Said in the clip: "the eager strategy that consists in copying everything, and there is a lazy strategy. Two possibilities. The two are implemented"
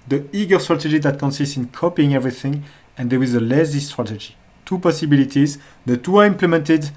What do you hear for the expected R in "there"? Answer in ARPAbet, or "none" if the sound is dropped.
W